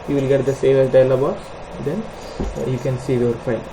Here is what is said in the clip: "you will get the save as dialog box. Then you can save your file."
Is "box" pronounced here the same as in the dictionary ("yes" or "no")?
no